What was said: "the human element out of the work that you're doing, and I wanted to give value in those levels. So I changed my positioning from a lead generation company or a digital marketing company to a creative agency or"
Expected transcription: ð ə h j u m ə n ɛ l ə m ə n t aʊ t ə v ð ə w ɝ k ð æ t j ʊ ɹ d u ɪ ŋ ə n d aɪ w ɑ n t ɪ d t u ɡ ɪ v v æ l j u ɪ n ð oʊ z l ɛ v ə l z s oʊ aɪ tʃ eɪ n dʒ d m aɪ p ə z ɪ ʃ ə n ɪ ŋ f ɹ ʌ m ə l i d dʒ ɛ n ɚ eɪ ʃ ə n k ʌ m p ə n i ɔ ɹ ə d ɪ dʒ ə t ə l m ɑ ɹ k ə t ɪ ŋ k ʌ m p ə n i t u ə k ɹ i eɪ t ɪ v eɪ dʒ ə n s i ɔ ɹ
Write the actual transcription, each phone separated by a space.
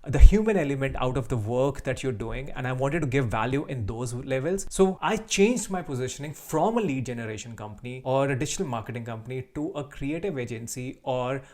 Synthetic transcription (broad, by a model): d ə h j u m ə n ɛ l ə m ə n t aʊ t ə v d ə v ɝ k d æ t j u ɹ d u ɪ ŋ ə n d aɪ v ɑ n t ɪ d t u ɡ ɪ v v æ l j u ɪ n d oʊ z l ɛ v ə l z s oʊ aɪ tʃ eɪ n dʒ d m aɪ p ə z ɪ ʃ ə n ɪ ŋ f ɹ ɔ m ə l i d dʒ ɛ n ɚ eɪ ʃ ə n k ʌ m p ə n i ɔ ɹ ə d ɪ ʃ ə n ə l m ɑ ɹ k ə t ɪ ŋ k ʌ m p ə n i t u ə k ɹ i eɪ t ɪ v eɪ dʒ ə n s i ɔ ɹ